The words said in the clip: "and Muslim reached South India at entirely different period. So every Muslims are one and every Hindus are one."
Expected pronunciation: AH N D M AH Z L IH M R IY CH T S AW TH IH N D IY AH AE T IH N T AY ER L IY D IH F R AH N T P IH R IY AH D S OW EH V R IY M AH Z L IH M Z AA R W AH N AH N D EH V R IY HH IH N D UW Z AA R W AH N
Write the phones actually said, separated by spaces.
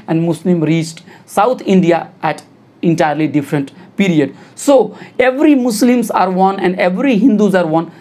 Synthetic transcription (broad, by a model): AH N D M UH S L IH M R IY CH T S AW T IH N D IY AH AE T IH N T AY ER L IY D IH F R AH N T P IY R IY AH D S OW EH V R IY M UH S L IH M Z AA R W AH N AH N D EH V R IY HH IH N D UW Z AA R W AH N